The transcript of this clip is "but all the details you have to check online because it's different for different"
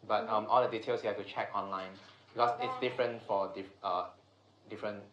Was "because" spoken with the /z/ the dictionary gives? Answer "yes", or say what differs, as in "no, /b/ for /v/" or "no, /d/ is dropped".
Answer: no, /s/ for /z/